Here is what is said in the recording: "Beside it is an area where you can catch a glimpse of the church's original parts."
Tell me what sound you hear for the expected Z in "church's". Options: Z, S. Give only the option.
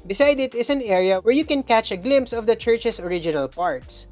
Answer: S